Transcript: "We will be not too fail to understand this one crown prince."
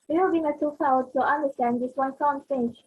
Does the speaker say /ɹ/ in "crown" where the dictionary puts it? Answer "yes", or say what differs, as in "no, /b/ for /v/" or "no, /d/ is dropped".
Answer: no, /ɹ/ is dropped